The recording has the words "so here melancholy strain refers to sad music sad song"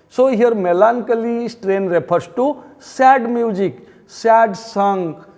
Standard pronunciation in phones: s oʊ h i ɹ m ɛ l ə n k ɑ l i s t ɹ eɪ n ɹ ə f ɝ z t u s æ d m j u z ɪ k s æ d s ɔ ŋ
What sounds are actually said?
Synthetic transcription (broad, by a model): s oʊ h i ɹ m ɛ l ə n k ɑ l i s t ɹ eɪ n ɹ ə p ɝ s t u s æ d m j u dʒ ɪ k s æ d s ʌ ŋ